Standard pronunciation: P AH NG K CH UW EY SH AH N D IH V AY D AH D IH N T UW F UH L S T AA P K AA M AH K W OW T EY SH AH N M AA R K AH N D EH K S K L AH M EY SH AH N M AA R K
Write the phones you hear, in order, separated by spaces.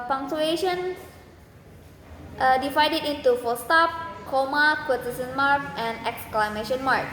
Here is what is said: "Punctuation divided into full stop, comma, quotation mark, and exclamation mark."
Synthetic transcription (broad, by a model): P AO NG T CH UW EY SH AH N D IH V AY D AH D IH N T UW F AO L S T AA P K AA M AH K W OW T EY S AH N M AA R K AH N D EH K S K L AH M EY SH AH N M AA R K